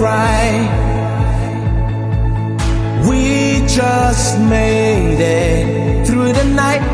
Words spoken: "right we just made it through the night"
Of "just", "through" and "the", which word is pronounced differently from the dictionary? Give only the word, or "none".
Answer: none